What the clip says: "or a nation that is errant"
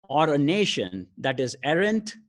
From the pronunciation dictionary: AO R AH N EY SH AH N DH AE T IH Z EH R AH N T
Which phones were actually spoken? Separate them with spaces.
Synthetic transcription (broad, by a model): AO R AH N EY SH AH N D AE T IH Z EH R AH N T